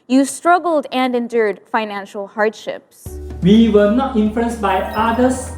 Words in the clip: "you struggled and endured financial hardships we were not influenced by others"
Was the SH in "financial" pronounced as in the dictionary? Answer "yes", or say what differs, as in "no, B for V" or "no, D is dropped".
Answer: yes